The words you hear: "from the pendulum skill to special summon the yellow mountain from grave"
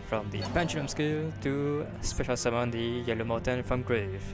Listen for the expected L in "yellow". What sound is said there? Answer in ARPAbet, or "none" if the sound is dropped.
L